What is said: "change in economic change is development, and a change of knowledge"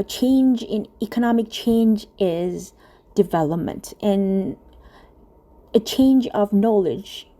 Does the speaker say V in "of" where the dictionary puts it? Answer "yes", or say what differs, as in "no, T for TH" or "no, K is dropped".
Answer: yes